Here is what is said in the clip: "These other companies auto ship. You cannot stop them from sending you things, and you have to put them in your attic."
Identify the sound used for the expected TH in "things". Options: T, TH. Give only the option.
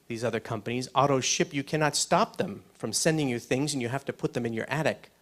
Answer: TH